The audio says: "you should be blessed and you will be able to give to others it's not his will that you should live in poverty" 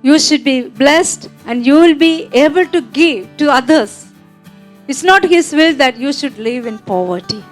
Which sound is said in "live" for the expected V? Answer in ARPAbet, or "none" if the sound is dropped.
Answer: V